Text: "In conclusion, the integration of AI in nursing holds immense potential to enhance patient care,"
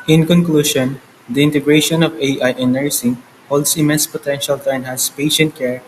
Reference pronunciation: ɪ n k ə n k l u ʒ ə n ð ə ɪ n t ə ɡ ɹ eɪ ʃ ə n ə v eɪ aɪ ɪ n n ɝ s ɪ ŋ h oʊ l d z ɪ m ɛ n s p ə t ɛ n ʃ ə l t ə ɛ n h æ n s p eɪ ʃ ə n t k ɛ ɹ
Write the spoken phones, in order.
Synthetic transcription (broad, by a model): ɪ n k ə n k l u ʃ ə n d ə ɪ n t ə ɡ ɹ eɪ ʃ ə n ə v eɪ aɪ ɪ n n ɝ s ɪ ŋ h oʊ l d s ɪ m ɛ n s p ə t ɛ n ʃ ə l t ə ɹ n h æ s p eɪ ʃ ə n t k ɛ ɹ